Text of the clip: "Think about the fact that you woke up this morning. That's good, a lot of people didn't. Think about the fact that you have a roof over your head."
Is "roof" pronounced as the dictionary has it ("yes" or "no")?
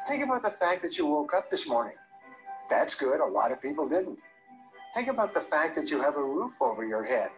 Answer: yes